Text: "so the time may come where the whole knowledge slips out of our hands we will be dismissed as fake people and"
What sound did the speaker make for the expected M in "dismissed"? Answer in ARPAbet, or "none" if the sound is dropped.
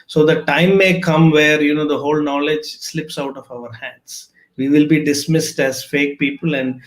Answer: M